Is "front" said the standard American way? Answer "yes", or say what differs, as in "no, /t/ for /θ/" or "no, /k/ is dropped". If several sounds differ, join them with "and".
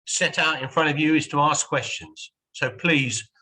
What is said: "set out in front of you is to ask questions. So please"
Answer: yes